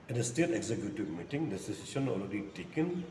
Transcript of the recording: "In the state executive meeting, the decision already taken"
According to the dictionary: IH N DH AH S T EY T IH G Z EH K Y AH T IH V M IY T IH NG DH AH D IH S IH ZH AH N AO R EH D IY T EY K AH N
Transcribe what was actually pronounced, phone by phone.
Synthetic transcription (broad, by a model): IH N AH S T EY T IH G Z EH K Y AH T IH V M IY T IH NG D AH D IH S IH S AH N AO L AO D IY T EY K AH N